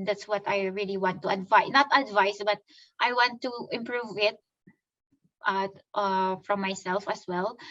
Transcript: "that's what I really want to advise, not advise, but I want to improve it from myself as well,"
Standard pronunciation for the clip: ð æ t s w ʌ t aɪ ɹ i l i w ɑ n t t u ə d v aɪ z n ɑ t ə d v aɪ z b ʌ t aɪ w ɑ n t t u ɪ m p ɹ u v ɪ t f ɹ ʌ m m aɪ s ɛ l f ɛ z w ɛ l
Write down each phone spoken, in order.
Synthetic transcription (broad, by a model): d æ t s w ʌ t aɪ ɹ i l i w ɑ n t t u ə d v aɪ n ɑ t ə d v aɪ s b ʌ t aɪ w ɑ n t t u ɪ m p ɹ u v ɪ t f ɹ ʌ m m aɪ s ɛ l f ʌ s w ɛ l